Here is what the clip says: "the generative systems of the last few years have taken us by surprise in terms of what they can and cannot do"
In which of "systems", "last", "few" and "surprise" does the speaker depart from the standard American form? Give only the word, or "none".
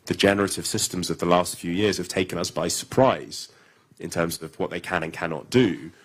none